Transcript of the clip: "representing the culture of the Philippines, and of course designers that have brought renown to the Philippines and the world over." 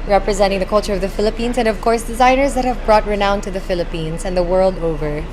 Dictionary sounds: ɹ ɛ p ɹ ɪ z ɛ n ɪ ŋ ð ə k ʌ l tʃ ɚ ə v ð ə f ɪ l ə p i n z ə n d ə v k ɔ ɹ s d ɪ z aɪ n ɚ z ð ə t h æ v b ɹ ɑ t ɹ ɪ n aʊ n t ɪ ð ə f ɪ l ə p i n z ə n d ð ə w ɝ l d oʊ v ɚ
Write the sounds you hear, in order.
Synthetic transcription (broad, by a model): ɹ ɛ p ɹ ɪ z ɛ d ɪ ŋ ð ə k ʌ l tʃ ɚ ə v ð ə f ɪ l ə p i n z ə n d ə v k ɔ ɹ s d ɪ z aɪ n ɚ z ð ə t h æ v b ɹ ɑ t ɹ ɪ n aʊ n t ɪ ð ə f ɪ l ə p i n z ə n ð ə w ɝ l d oʊ v ɚ